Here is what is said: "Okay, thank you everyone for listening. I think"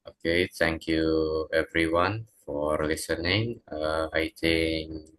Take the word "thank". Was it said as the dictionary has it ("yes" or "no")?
no